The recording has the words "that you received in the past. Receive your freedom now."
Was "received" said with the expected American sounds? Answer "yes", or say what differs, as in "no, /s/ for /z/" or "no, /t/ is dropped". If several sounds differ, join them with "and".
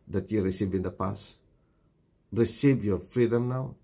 no, /d/ is dropped